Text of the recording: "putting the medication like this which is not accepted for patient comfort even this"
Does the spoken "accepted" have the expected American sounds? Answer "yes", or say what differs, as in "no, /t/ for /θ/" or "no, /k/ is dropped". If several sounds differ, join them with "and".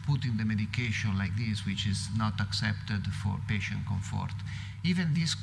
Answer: yes